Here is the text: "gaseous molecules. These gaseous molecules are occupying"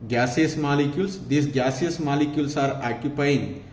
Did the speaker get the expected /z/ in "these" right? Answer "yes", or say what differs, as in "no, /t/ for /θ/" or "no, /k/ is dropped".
no, /s/ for /z/